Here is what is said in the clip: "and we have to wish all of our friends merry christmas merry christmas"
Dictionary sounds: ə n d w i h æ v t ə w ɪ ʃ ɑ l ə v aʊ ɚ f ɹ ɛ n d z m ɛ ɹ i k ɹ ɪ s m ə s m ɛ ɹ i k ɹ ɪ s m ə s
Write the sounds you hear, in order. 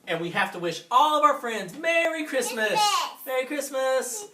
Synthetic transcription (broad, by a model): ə n w i h æ f t ə w ɪ ʃ ɑ l ə v aʊ ɚ f ɹ ɛ n d z m ɛ ɹ i k ɹ ɪ s m ə s m ɛ ɹ i k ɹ ɪ s m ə s